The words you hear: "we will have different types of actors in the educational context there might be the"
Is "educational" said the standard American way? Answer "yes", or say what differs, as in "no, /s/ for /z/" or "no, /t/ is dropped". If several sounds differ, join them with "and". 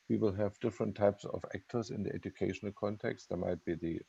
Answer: yes